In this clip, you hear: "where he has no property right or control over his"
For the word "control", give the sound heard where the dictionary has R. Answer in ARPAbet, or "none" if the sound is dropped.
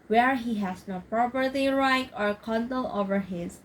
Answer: none